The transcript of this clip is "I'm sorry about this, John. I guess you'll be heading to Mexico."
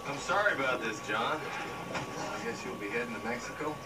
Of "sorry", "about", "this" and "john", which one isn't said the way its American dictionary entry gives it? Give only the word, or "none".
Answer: none